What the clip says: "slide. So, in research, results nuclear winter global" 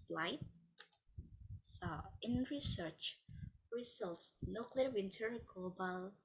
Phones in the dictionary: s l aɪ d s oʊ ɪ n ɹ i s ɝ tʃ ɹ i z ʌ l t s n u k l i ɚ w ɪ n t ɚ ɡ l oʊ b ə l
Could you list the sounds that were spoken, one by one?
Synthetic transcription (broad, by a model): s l aɪ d s oʊ ɪ n ɹ i s ɝ tʃ ɹ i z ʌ l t s n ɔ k l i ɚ w ɪ n t ɚ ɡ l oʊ b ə l